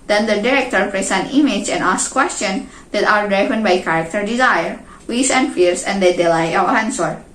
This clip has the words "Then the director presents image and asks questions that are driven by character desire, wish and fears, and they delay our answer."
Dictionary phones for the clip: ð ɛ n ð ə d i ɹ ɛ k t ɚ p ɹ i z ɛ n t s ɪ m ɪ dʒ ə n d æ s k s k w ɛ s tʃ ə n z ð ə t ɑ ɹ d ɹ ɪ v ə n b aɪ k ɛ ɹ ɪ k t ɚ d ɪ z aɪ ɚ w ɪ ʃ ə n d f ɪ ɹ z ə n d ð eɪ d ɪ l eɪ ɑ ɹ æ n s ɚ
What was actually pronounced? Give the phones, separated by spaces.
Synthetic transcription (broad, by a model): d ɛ n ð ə d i ɹ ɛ k t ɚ p ɹ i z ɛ n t ɪ m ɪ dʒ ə n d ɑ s s k w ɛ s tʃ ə n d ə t ɑ ɹ d ɹ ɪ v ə n b aɪ k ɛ ɹ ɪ k t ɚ d ɪ z aɪ ɚ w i s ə n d f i ɹ s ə n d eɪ d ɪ l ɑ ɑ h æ n s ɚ